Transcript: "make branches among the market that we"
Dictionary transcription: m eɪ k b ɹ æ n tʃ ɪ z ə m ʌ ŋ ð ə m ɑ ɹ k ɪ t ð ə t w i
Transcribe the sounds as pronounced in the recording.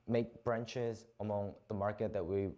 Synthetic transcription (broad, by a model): m eɪ k b ɹ æ n tʃ ɪ z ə m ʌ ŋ ð ə m ɑ ɹ k ɪ t ð ə t w i